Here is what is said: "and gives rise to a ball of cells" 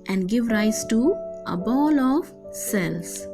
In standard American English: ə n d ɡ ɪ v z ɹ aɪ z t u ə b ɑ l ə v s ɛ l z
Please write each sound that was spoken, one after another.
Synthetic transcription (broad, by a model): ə n d ɡ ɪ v ɹ aɪ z t u ə b ɑ l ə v s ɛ l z